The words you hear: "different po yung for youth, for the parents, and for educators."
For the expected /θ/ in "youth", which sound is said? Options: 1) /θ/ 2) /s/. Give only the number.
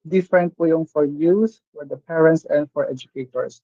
2